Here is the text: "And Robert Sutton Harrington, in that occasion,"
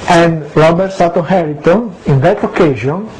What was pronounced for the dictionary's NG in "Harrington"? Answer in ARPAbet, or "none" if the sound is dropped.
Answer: none